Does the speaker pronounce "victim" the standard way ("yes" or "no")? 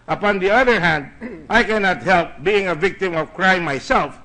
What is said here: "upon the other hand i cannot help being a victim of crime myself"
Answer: yes